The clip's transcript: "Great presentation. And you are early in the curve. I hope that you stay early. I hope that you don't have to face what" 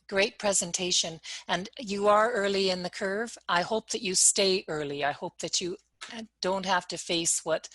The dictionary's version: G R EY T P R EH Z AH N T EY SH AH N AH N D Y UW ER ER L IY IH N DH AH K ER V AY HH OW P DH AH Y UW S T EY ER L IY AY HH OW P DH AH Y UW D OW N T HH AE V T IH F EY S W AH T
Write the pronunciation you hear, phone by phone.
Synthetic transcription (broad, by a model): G R EY T P R EH Z AH N T EY SH AH N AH N Y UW ER ER L IY IH N DH AH K ER V AY HH OW P DH AH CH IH S T EY ER L IY AY HH OW P DH AH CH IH D OW N T HH AE F T IH F EY S W AH T